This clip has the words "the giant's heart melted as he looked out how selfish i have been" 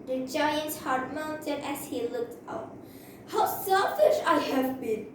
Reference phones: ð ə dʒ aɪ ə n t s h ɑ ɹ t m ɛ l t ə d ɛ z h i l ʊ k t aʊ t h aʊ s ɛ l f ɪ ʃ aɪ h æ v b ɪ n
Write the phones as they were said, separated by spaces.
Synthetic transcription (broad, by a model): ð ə dʒ aɪ ə n t s h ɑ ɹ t m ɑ n t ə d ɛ s h i l ʊ k t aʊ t h aʊ s ɛ l f ɪ ʃ aɪ h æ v b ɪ n